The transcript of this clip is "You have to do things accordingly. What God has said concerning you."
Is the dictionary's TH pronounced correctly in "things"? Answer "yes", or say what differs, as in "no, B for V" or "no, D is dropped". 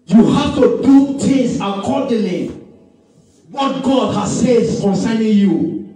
no, T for TH